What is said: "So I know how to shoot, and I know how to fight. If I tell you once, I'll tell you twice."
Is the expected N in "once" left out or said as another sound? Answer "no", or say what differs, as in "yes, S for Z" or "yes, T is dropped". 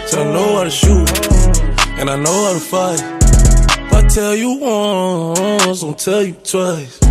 yes, N is dropped